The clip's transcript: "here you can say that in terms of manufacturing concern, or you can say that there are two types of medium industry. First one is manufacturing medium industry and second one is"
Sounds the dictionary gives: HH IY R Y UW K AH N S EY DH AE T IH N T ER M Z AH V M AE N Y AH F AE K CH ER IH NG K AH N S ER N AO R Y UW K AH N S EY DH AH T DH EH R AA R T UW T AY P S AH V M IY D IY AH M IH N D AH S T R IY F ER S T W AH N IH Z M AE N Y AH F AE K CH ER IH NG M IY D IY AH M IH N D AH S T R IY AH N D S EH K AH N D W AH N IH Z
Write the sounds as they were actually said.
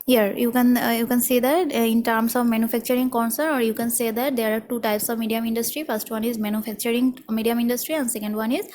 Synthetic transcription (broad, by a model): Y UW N Y UW K AH N S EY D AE T IH N T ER M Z AH V M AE N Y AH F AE K CH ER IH NG K AH N S ER N AO R Y UW K AH N S EY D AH T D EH R AA R T UW T AY P S AH V M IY D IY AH M IH N D AH S T R IY F ER S T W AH N IH Z M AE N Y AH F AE K CH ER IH NG M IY D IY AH M IH N D AH S T R IY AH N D S EH K AH N D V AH N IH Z